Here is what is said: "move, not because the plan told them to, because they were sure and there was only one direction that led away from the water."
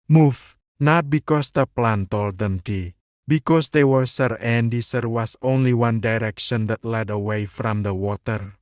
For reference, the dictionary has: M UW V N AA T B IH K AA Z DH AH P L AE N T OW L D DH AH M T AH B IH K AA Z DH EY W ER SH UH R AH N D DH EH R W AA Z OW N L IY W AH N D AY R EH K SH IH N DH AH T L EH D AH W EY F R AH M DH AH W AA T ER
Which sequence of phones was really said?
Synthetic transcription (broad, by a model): M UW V N AA T B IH K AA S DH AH P L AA N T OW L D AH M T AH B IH K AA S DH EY W ER S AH R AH N D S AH R W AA S OW N L IY W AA N D AY R EH K SH IH N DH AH T L EH D AH W EY F R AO M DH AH W AA T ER